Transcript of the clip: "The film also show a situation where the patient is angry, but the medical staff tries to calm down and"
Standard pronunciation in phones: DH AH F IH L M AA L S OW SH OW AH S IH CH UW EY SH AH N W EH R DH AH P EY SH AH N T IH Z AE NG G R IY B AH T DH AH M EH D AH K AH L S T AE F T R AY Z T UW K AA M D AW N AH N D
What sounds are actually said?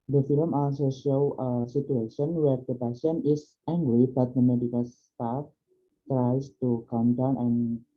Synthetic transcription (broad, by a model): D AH F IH L M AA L S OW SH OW AH S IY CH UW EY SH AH N W EH R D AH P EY S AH N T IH S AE NG G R IY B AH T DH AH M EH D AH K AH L S T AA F T R AY S T UW K AA M D AW N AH N